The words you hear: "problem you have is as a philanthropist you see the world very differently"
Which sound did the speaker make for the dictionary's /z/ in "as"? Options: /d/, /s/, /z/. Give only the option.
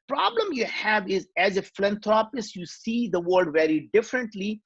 /z/